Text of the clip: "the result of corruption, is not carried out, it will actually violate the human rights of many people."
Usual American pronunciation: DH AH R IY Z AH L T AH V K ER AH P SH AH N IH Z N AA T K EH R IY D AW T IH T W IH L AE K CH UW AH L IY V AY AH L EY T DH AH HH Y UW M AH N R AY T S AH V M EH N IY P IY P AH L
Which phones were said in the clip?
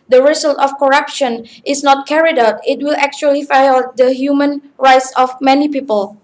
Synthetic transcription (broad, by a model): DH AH R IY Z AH L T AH F K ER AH P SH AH N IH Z N AA T K EH R IY D AW T IH T W IH L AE K CH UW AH L IY F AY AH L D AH HH Y UW M AH N R AY T S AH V M EH N IY P IY P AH L